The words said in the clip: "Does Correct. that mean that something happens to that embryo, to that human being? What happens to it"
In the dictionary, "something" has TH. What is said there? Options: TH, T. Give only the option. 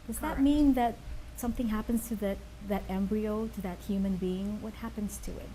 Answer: TH